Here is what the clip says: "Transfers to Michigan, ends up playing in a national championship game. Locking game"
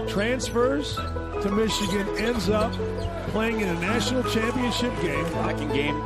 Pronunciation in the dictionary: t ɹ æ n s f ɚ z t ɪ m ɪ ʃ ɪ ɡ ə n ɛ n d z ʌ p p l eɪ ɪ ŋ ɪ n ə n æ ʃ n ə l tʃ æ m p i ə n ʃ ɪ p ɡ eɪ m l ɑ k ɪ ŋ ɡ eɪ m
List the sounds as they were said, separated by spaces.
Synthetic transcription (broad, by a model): t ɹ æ n s f ɚ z t ɪ m ɪ ʃ ɪ ɡ ə n ɛ n d z ʌ p p l eɪ ɪ ŋ ɪ n ə n æ ʃ n l tʃ æ m p i ə n ʃ ɪ p ɡ eɪ m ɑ k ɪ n ɡ eɪ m